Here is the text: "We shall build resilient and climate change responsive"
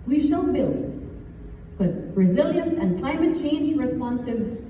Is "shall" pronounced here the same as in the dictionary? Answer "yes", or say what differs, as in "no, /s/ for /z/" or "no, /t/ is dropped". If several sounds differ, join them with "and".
no, /n/ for /l/